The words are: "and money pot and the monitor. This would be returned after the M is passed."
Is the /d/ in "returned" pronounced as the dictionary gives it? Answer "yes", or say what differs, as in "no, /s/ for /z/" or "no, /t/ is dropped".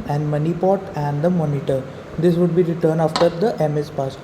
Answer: no, /d/ is dropped